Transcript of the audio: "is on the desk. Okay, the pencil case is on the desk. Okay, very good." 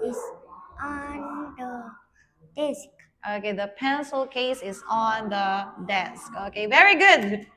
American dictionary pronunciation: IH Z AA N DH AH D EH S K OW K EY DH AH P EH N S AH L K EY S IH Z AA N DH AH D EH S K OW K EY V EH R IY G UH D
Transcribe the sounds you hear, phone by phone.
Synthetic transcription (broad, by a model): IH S AA N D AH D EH S K OW K EY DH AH P EH N S AH L K EY S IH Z AA N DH AH D EH S K OW K EY V EH R IY G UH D